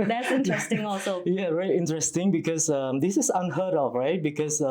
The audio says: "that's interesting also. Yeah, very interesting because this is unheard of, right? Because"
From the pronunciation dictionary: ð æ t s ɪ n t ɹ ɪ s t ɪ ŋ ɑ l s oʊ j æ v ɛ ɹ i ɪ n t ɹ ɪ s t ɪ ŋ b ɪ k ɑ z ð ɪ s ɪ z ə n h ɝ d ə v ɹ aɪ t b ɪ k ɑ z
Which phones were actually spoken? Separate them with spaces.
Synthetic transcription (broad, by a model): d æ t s ɪ n t ɹ ɪ s t ɪ ŋ ɑ l s oʊ j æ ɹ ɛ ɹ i ɪ n t ɹ ɪ s t ɪ ŋ b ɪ k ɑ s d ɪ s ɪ s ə n h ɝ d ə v ɹ aɪ t b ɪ k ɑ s